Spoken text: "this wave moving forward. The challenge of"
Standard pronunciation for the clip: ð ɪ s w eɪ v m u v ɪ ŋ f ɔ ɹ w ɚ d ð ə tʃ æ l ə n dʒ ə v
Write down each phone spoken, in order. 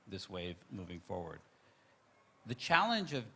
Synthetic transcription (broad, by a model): ð ɪ s w eɪ v m u v ɪ ŋ f ɔ ɹ w ɚ d ð ə tʃ æ l ə n dʒ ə v